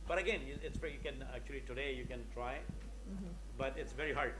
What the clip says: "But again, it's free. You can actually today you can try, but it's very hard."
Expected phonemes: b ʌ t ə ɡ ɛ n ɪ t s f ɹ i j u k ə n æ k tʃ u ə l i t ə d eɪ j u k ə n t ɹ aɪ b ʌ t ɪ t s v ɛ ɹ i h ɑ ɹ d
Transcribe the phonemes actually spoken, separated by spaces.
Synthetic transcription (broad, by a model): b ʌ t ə ɡ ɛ n ɪ t s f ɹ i j u k ə n æ k tʃ u ə l i t ə d eɪ j u k ə n t ɹ aɪ b ʌ t ɪ t s v ɛ ɹ i h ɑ ɹ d